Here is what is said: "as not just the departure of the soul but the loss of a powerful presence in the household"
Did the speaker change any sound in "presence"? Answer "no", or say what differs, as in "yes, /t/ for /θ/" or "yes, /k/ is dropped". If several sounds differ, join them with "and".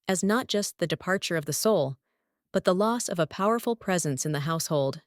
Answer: no